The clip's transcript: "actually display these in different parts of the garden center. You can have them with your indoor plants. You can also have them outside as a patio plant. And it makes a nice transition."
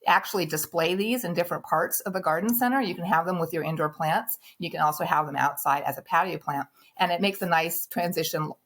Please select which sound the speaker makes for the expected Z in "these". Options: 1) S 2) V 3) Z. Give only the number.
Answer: 3